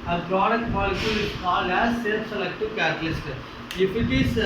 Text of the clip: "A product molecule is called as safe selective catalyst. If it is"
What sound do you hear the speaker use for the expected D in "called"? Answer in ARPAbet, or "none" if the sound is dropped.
none